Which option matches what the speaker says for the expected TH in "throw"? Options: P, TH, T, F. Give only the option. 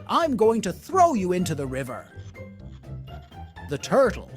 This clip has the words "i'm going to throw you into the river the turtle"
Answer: TH